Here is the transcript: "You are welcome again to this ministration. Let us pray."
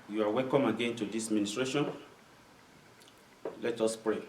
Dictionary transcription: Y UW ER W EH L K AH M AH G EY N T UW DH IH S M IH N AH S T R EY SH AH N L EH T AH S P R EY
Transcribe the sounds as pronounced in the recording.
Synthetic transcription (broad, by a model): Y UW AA W EH L K AH M AH G EY N T UW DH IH S M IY N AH S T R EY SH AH N L EH T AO S P R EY